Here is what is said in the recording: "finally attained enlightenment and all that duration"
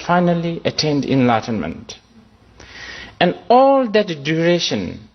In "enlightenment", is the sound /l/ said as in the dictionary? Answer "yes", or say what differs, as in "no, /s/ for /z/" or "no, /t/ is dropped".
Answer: yes